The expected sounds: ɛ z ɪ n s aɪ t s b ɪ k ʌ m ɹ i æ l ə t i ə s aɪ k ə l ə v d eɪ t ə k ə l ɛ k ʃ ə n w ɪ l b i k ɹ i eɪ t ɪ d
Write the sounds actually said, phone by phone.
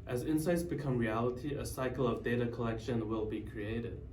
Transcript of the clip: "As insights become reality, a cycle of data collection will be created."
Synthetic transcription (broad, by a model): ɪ z ɪ n s aɪ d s b ɪ k ʌ m ɹ i æ l ə t i ə s aɪ k l ə v d eɪ t ə k ə l ɛ k ʃ ə n w ɪ l b i k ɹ i eɪ t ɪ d